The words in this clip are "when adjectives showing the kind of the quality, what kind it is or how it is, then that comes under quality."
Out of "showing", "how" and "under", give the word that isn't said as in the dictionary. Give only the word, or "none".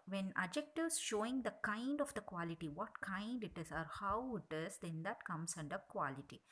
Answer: none